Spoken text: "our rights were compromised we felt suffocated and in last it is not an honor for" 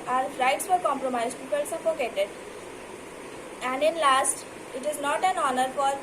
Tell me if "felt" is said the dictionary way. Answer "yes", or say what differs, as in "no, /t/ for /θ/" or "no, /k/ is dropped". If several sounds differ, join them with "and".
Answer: no, /p/ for /f/